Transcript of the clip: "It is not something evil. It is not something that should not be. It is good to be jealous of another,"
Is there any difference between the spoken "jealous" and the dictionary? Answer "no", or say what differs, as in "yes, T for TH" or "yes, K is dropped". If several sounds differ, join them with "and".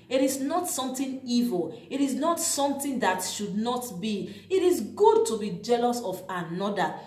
no